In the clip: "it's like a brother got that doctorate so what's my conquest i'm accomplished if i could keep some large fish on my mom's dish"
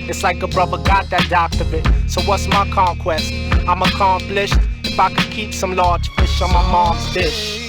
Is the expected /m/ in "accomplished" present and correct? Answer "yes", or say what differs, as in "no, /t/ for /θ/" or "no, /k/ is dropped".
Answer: yes